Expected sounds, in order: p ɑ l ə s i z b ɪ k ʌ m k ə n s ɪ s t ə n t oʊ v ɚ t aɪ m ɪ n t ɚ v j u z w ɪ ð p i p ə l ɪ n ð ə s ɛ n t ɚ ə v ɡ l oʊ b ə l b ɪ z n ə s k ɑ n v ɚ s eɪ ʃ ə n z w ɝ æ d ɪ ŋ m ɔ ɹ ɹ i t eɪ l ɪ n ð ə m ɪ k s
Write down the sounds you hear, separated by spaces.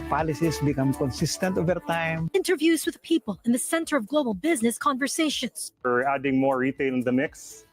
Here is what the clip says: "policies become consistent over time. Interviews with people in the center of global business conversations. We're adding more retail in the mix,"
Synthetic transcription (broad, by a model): p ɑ l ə s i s b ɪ k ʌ m k ə n s ɪ s t ə n t oʊ v ɚ t aɪ m ɪ n t ɚ v j u z w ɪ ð p i p ə l ɪ n ð ə s ɛ n t ɚ ə v ɡ l oʊ b ə l b ɪ z n ə s k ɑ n v ɚ s eɪ ʃ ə n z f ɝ æ d ɪ ŋ m ɔ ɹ ɹ i t eɪ l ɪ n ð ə m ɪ k s